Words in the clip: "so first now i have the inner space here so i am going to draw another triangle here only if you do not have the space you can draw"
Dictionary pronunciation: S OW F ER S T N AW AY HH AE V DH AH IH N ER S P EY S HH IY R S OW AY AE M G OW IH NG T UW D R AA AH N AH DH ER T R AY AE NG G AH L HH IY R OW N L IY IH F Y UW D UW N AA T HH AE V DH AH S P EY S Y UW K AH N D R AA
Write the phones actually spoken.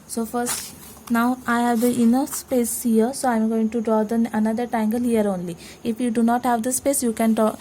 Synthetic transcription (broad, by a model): S OW F ER S T N AW AY HH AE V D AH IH N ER S P EY S HH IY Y S OW AY M G OW IH NG T UW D R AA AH N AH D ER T AY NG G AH L HH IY R OW N L IY IH F Y UW D UW N AA T HH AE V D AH S P EY S Y UW K AH N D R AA